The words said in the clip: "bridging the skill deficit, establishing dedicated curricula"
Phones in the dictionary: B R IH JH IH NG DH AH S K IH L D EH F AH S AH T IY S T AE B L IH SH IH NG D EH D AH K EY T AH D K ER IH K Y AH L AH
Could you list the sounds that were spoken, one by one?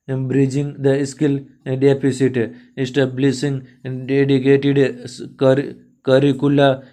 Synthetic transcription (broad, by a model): B R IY JH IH NG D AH S K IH L D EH P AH S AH T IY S T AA B L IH S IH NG D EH D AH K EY T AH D K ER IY K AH L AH